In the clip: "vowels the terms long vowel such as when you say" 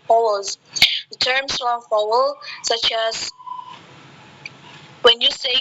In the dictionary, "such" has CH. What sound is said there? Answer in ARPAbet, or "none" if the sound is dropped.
CH